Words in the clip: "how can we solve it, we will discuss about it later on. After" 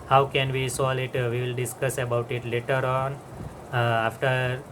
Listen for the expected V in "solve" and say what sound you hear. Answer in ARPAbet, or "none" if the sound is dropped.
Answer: none